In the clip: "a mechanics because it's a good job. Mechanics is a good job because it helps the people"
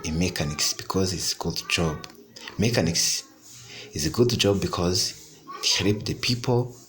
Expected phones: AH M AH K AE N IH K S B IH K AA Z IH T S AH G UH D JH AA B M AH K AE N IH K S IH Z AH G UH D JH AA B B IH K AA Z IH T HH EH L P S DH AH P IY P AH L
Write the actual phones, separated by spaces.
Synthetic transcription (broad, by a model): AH M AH K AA N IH K S B IH K AA Z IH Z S AH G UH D JH AA B M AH K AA N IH K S IH Z AH G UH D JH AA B B IH K AA Z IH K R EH P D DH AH P IY P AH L